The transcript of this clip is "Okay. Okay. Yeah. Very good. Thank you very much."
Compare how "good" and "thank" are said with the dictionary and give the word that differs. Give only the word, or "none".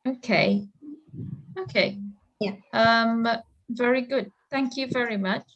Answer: none